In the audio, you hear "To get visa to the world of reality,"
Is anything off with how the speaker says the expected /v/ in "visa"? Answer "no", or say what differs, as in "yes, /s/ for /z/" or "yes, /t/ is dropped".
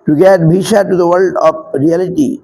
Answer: yes, /b/ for /v/